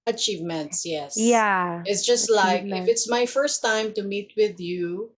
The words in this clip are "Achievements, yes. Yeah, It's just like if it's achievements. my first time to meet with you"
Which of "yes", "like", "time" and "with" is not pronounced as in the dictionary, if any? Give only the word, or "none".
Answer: none